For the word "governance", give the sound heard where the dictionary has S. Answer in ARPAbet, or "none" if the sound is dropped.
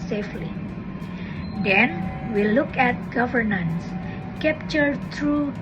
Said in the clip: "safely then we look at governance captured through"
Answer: S